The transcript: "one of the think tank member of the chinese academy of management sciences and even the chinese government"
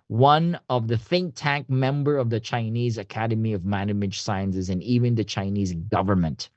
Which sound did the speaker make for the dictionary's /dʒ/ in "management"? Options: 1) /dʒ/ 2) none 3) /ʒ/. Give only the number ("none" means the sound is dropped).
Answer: 2